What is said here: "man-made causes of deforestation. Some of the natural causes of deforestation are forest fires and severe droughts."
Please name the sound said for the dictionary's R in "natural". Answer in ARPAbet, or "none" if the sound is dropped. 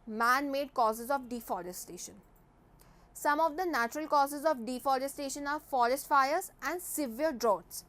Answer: R